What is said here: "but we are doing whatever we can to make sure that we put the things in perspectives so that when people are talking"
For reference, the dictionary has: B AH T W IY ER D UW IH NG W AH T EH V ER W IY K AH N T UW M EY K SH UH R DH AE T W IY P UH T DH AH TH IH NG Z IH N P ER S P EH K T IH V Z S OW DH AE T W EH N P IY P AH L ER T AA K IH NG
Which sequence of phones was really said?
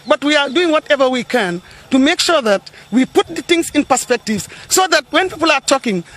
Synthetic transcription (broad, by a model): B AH T W IY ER D UW IH NG W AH T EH V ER W IY K AH N T UW M EY K SH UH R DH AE T W IY P UH T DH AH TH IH NG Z IH N P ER S P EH K T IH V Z S OW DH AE T W EH N P IY P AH L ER T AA K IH NG